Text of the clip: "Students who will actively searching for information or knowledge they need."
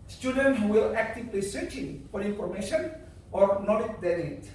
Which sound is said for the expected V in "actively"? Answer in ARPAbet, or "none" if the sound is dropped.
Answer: P